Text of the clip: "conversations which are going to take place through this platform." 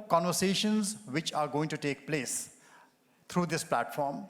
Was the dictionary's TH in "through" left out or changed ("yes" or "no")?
yes